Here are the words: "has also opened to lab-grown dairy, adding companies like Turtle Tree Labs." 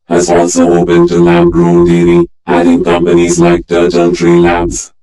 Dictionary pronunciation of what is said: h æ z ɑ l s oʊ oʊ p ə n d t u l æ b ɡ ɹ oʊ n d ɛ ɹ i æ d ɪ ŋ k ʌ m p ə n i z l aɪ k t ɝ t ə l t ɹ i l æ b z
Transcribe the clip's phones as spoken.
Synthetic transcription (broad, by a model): h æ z ɑ l s oʊ oʊ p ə n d t u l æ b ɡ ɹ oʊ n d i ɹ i æ d ɪ ŋ k ʌ m p ə n i z l aɪ k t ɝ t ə n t ɹ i l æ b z